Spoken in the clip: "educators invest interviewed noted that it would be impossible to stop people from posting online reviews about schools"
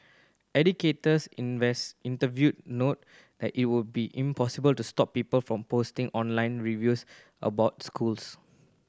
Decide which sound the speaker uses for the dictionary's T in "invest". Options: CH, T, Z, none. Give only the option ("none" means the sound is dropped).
none